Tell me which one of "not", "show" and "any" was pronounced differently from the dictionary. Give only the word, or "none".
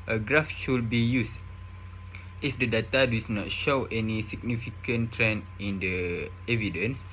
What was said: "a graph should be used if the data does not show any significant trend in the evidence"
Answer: none